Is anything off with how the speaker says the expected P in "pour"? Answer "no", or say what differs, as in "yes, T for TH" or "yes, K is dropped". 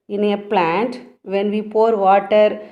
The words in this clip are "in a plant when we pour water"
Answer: no